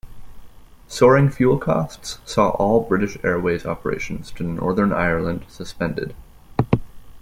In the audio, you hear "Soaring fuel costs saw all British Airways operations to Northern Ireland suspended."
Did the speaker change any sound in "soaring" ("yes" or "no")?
no